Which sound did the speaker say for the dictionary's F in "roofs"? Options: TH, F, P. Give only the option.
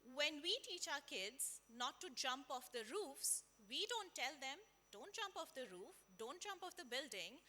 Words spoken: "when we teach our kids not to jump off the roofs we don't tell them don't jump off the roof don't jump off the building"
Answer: F